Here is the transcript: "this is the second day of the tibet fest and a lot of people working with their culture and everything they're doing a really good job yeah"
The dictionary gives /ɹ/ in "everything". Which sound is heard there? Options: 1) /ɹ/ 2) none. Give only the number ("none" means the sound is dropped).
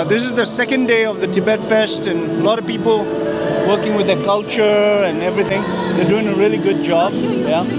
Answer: 1